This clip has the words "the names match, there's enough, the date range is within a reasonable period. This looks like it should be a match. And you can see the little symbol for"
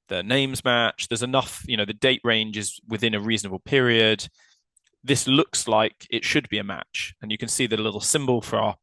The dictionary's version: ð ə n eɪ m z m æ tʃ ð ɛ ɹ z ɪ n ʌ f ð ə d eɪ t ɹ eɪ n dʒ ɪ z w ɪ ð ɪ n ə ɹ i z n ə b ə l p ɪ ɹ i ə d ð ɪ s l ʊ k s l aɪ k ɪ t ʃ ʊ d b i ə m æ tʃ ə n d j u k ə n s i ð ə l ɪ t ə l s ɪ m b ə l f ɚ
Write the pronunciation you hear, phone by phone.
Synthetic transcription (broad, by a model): ð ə n eɪ m z m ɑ tʃ ð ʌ z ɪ n ʌ f ð ə d eɪ t ɹ eɪ n dʒ ɪ z w ɪ ð ɪ n ə ɹ i z n ə b ə l p ɪ ɹ i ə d ð ɪ s l ʊ k s l aɪ k ɪ t ʃ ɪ d b i ə m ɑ tʃ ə n j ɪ k ə n s i ð ə l ɪ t l s ɪ m b ə l f ɚ